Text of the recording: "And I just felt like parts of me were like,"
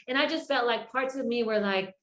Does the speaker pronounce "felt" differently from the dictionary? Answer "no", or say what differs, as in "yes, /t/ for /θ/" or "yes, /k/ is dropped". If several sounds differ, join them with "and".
yes, /l/ is dropped